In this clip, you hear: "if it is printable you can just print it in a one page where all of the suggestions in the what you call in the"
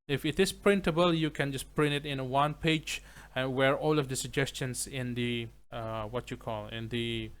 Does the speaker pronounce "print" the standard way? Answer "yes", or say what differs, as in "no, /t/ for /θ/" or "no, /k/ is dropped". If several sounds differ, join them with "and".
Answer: yes